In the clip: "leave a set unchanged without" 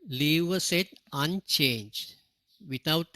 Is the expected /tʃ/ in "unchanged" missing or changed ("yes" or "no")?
no